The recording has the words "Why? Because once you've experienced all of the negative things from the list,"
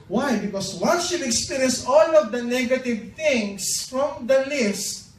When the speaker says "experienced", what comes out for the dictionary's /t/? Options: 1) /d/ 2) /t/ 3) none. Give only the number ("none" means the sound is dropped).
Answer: 3